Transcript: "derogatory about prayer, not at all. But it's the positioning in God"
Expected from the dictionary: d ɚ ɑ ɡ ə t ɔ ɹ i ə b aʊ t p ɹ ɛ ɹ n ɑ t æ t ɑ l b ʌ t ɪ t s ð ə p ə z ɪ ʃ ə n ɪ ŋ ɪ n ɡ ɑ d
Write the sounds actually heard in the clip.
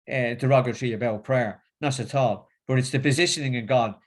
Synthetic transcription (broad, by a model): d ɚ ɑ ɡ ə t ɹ i ə b aʊ t p ɹ ɛ ɹ n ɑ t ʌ t ɑ l b ʌ t ɪ t s ð ə p ə z ɪ ʃ ə n ɪ ŋ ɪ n ɡ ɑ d